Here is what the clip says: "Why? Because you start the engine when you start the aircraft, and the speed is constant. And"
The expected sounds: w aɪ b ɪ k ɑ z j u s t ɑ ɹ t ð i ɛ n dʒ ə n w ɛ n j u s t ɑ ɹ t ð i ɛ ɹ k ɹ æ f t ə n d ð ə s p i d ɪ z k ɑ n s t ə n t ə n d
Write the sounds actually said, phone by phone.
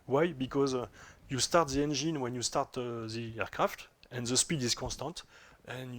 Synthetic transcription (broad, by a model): w aɪ b ɪ k ɑ z j u s t ɑ ɹ t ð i ɛ n dʒ ə n w ɛ n j u s t ɑ ɹ t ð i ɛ ɹ k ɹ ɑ f t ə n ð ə s p i d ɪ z k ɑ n s t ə n t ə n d